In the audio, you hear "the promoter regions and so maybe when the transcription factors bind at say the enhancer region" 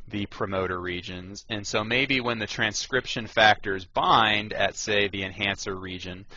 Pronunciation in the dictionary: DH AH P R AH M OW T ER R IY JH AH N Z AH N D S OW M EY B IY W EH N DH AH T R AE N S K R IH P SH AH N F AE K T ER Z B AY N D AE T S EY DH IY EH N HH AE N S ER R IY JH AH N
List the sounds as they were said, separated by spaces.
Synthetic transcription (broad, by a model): DH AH P R AH M OW T ER R IY JH AH N Z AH N S OW M EY B IY W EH N DH AH T R AE N S K R IH P SH AH N F AE K T ER Z B AY N D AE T S EY DH IY EH N HH AE N S ER R IY JH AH N